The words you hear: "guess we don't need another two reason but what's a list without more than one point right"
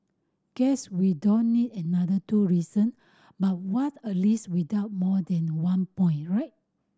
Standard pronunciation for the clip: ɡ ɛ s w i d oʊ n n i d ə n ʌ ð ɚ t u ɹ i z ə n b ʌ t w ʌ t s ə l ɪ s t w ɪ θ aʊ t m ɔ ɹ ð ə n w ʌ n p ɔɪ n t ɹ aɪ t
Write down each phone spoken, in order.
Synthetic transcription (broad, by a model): ɡ ɛ s w i d oʊ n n i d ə n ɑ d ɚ t u ɹ i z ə n b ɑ t w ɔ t ə l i s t w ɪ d aʊ t m ɔ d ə n w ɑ n p ɔɪ n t ɹ aɪ t